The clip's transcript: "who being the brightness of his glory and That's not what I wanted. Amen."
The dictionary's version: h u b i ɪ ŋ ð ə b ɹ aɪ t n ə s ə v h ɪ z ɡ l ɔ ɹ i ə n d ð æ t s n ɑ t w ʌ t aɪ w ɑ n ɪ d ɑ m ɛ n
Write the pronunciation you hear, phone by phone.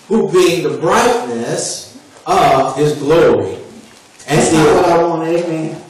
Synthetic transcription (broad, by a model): h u b i ɪ ŋ ð ə b ɹ aɪ t n ə s ə v ɪ z ɡ l ɔ ɹ i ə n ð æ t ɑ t w ʌ t aɪ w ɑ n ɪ ɑ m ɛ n